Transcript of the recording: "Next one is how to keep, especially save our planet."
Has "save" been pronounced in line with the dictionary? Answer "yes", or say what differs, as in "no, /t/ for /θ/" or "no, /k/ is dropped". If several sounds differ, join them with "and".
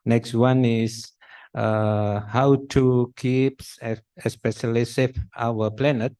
no, /f/ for /v/